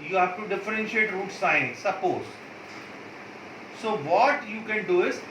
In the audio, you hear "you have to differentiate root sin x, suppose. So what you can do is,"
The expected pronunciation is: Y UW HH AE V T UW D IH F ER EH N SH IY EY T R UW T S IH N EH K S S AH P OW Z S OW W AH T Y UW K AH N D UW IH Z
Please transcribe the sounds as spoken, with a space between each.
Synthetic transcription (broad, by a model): Y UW HH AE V T UW D IH F ER EH N SH IY EY T R UW T S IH AH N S S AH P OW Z S OW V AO T Y UW K AH N D UW IH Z